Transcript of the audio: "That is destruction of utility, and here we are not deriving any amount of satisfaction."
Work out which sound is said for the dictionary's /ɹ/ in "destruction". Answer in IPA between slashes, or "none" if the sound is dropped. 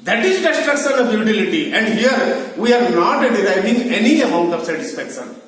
none